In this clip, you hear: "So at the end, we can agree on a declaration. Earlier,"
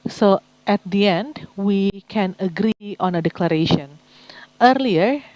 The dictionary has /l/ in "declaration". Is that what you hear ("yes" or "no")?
yes